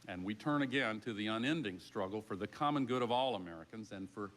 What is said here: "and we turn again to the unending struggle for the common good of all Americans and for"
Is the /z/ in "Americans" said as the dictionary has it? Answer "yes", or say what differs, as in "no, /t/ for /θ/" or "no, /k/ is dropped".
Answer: yes